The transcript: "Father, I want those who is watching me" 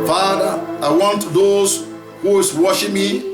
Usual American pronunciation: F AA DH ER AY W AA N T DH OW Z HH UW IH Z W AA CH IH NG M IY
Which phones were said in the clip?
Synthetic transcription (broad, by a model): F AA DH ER AY W AA N T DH OW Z HH UW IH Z W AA SH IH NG M IY